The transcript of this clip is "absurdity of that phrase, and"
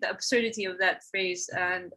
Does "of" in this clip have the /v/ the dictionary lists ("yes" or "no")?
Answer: yes